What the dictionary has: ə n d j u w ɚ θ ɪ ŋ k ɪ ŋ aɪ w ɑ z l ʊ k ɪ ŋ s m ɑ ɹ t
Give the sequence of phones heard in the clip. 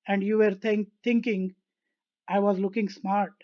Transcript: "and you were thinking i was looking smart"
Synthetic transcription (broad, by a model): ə n d j u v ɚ t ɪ ŋ k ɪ ŋ aɪ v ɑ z l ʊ k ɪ ŋ s m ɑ ɹ t